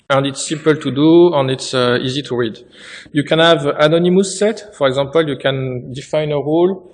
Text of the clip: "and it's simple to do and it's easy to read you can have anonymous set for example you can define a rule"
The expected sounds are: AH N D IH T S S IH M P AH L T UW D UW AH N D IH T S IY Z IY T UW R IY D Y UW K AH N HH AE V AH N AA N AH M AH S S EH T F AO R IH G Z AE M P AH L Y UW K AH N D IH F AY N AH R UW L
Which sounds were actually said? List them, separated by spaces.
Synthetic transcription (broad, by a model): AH N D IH T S S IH M P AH L T UW D UW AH N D IH T S IY Z IY T UW R IY D Y UW K AH N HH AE V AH N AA N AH M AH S S EH T F AO R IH G Z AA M P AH L Y UW K AH N D IH F AY N AH R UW L